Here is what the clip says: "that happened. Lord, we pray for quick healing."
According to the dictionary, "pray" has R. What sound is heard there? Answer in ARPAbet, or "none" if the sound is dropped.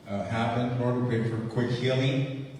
none